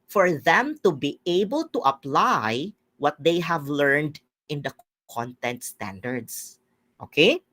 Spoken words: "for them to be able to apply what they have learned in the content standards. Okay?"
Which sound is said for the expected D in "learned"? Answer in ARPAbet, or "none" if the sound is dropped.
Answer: D